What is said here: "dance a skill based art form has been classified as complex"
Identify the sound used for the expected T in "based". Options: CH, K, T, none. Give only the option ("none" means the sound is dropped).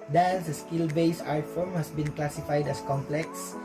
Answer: none